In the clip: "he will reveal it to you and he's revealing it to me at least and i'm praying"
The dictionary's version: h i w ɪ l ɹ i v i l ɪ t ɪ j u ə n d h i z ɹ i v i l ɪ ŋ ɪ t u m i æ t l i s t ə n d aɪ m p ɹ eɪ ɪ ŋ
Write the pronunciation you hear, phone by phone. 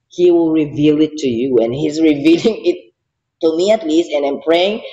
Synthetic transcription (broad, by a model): h i w ɪ l ɹ i v i l ɪ t ɪ j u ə n h i z ɹ i v i l ɪ ŋ ɪ t u m i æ t l i s t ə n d aɪ m p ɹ eɪ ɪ ŋ